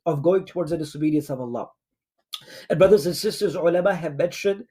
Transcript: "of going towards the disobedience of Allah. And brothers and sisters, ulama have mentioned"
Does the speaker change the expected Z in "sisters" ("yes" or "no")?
no